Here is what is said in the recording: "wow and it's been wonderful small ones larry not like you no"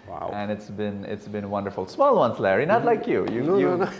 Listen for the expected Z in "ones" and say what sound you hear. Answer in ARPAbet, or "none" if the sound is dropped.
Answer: S